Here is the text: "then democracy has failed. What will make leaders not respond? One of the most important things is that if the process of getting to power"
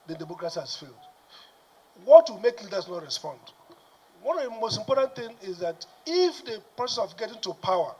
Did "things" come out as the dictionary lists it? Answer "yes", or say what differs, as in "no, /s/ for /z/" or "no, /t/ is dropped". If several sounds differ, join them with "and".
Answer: no, /z/ is dropped